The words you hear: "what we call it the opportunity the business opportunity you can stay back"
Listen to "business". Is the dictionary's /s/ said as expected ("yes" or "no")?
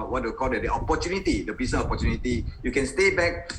no